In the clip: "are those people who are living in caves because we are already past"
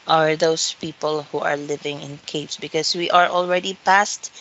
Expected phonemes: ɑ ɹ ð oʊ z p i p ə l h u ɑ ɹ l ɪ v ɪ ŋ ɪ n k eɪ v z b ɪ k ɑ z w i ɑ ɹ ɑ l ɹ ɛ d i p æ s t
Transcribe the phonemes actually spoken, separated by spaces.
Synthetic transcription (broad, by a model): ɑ ɹ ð oʊ s p i p ə l h u ɑ ɹ l ɪ v ɪ ŋ ɪ n k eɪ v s b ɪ k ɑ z w i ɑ ɹ ɑ l ɹ ɛ d i p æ s t